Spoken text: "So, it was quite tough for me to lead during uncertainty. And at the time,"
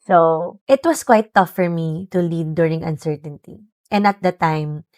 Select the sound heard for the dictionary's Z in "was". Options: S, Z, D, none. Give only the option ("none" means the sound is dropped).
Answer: S